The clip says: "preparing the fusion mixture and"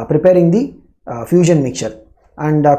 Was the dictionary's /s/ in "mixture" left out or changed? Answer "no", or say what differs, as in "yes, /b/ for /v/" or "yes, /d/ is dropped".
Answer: yes, /s/ is dropped